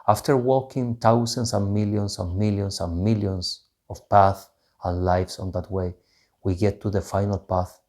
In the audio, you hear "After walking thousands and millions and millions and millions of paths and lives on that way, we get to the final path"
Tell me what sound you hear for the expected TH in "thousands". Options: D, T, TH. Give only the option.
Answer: T